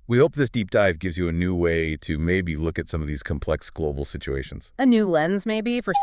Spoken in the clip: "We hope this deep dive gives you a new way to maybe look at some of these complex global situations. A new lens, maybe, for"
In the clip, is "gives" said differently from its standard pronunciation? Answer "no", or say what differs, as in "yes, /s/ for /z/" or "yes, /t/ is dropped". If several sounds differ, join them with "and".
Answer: no